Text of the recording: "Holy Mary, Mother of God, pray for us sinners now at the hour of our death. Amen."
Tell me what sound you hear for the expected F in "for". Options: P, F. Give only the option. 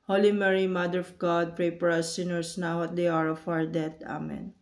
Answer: P